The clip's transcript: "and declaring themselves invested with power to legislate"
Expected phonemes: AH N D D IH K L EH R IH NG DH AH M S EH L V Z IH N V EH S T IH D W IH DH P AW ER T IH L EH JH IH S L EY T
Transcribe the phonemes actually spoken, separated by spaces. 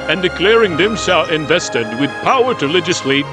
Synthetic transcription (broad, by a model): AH N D D IH K L EH R IH NG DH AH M SH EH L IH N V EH S T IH D W IH DH P AW ER T IH L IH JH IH S L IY